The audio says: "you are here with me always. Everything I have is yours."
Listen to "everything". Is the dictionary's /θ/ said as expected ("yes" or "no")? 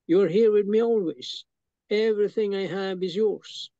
yes